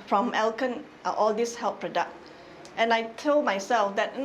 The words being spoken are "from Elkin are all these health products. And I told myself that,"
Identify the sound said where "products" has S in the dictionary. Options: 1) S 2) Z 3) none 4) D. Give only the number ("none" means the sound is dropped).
3